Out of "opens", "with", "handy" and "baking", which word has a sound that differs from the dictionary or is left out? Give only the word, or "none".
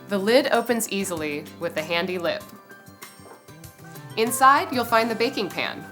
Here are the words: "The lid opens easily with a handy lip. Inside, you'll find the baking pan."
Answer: none